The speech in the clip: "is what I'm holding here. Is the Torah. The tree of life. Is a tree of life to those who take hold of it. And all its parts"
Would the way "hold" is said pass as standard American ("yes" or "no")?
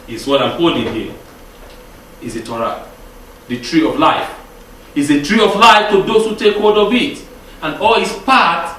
no